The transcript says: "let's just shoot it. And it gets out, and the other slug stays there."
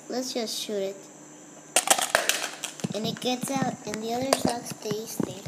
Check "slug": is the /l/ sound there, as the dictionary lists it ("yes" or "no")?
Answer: no